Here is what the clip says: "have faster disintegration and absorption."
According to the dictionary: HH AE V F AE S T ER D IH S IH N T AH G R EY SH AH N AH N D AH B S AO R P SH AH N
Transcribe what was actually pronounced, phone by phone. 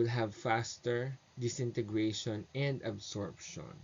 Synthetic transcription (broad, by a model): HH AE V F AE S T ER D IH S IH N T AH G R EY SH AH N AH N D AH B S AO R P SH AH N